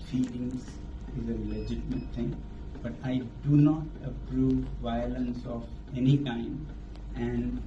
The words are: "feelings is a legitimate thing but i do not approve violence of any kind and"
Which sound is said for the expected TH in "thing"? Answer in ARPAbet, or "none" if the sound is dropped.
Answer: T